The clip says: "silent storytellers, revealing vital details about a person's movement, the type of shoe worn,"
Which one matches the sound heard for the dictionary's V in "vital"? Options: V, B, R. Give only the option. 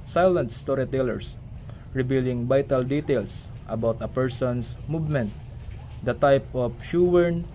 B